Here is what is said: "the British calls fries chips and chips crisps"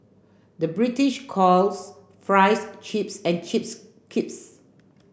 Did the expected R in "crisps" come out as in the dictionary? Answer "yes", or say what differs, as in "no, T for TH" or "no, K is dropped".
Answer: no, R is dropped